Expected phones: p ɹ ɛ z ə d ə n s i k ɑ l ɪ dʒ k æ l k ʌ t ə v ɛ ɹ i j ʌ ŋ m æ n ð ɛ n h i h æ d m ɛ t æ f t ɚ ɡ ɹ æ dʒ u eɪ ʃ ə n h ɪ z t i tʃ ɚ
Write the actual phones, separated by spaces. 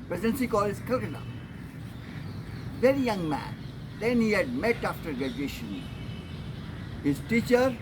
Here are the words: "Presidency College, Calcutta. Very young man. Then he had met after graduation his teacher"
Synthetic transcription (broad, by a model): p ɹ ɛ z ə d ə n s i k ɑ l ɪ z k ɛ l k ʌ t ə v ɛ ɹ i j ʌ ŋ m æ n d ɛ n h i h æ d m ɛ t æ f t ɚ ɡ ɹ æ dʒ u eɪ ʃ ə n h ɪ z t i tʃ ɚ